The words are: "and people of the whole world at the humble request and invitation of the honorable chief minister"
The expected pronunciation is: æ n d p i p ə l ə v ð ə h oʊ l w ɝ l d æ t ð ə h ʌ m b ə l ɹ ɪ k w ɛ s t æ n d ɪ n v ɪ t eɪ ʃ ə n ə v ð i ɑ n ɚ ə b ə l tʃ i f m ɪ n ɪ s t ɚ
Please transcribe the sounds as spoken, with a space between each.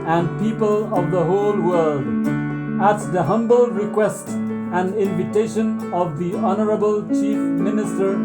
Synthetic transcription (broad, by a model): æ n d p i p ə l ə v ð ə h oʊ l w ɝ l d æ t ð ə h ʌ m b ə l ɹ ɪ k w ɛ s t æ n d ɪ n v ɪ t eɪ ʃ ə n ə v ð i ɑ n ɚ ə b ə l tʃ i f m ɪ n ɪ s t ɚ